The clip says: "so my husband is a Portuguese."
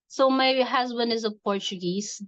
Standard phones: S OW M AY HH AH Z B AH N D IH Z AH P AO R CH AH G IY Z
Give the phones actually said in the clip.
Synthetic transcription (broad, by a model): S OW M AY HH AH Z B AH N D IH Z AH P AO R CH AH G IY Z